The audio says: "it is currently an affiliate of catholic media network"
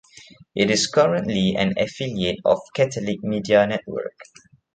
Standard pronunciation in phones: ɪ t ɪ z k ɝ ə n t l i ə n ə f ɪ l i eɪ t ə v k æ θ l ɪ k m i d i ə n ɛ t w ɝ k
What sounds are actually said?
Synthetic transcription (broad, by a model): ɪ t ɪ s k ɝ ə n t l i ə n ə f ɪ l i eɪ t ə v k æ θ l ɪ k m i d i ə n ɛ t w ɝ k